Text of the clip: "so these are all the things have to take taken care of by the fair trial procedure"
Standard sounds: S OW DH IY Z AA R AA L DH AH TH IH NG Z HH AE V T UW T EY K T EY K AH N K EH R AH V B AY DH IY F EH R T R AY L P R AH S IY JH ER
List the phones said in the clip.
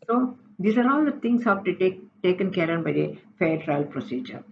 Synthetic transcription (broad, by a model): S OW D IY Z AA R AA L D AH T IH NG S HH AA P T UW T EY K T EY K AH N K EH R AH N B AY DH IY F EH R T R AY L P R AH S IY JH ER